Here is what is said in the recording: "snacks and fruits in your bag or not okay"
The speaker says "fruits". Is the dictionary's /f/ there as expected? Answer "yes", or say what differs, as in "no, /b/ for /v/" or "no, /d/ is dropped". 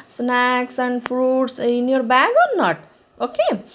no, /p/ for /f/